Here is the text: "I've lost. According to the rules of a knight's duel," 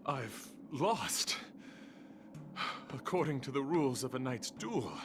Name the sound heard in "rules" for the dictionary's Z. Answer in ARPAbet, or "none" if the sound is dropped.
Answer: Z